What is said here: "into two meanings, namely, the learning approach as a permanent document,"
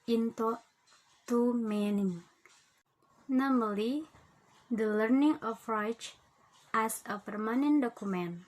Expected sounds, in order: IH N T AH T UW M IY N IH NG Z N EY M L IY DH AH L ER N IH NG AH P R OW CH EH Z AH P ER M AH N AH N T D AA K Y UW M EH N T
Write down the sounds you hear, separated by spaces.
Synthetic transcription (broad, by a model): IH N T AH T UW M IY N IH NG N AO M L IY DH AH L ER N IH NG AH F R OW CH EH S AH P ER M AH N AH N D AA K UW M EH N